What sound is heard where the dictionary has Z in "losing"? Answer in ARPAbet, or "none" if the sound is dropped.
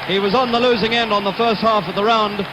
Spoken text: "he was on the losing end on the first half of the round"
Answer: Z